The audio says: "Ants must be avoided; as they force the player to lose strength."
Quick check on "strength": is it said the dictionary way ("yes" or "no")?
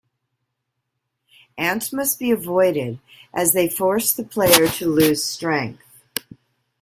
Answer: yes